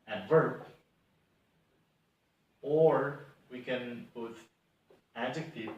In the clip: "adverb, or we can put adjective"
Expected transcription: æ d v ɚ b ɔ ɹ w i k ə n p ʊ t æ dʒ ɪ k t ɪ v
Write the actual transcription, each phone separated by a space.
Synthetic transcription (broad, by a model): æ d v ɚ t ɔ ɹ w i k ə n b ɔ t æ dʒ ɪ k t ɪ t